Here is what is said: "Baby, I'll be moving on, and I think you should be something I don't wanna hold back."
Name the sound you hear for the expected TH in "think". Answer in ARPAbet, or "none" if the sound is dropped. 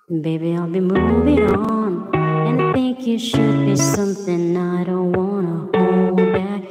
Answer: TH